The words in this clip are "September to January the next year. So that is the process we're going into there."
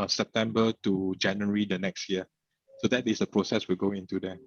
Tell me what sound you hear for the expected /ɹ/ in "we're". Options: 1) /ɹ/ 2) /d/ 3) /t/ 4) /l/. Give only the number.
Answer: 4